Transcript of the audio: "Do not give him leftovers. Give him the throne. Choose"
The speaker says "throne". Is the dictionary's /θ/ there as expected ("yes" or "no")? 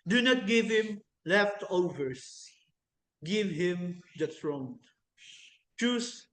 no